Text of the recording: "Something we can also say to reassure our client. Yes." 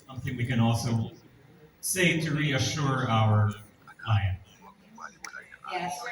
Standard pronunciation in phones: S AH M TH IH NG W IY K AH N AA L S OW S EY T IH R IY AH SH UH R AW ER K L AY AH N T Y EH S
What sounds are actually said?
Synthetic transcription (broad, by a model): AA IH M TH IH NG W IY K AH N AA L S OW S EY T IH R IY AH SH UH R AW ER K AY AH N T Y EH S